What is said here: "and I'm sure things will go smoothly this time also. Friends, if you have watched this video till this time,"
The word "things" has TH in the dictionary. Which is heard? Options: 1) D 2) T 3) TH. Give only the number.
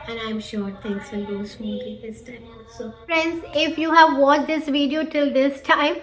2